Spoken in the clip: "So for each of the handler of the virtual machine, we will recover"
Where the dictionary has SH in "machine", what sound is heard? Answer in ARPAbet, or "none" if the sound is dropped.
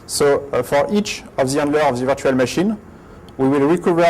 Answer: SH